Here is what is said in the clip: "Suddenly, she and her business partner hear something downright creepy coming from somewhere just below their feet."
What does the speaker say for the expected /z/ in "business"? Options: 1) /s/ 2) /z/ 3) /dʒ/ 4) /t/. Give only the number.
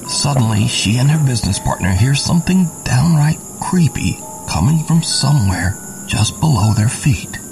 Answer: 2